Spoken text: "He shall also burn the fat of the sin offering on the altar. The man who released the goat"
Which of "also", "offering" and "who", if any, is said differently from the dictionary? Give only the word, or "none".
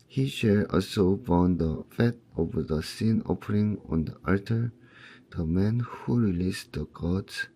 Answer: offering